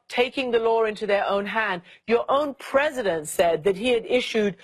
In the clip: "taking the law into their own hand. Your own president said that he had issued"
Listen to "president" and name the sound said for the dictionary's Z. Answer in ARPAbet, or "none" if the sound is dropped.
Z